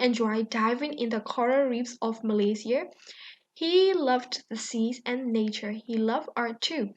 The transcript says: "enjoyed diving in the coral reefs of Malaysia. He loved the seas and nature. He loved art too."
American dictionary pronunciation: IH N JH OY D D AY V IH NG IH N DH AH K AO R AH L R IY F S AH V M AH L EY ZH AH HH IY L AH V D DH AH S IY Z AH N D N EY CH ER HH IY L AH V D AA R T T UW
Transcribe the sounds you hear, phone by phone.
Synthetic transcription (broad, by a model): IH N JH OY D D AY V IH NG IH N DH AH K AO R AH R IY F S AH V M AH L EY S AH HH IY L AH V D DH AH S IY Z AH N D N EY CH ER HH IY L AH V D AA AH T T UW